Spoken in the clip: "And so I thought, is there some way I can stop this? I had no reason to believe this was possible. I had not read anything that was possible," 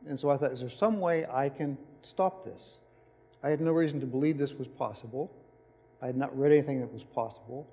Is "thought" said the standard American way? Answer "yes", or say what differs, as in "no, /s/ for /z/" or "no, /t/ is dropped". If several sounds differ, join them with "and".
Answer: yes